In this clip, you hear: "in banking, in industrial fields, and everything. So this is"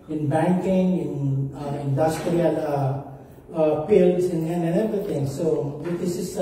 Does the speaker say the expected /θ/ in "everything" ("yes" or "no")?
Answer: no